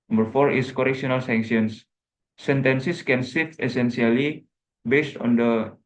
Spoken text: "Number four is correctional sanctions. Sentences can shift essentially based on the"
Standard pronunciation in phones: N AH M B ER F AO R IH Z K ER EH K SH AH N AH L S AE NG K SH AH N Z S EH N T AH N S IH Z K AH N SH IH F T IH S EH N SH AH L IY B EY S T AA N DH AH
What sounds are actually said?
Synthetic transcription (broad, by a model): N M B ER F AO R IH S K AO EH K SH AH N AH L S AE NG K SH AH N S S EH N T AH N S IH S K AH N S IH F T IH S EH N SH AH L IY B EY S T AA N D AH